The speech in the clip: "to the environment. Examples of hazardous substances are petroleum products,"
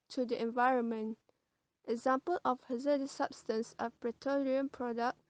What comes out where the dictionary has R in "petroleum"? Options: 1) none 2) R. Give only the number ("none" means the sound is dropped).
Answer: 1